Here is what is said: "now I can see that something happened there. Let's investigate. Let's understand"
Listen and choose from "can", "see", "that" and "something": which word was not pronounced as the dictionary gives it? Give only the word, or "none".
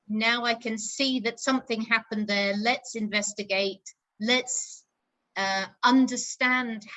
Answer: none